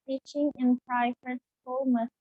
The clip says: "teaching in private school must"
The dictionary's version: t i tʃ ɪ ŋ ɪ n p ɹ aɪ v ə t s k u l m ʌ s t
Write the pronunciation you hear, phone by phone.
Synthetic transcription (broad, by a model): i tʃ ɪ ŋ ɪ n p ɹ aɪ f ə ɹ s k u l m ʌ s